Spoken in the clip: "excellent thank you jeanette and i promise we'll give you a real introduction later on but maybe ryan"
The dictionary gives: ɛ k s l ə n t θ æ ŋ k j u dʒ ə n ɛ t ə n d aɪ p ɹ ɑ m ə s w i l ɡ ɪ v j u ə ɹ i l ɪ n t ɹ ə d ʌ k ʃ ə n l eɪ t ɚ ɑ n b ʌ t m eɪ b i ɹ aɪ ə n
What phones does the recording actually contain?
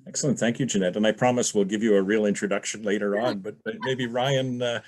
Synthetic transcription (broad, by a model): ɛ k s l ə n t θ æ ŋ k j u dʒ ə n ɛ t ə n aɪ p ɹ ɑ m ə s w i l ɡ ɪ v j ə ɹ i l ɪ n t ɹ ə d ʌ k ʃ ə n l eɪ t ɚ ɑ n b ʌ t m eɪ b i ɹ aɪ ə n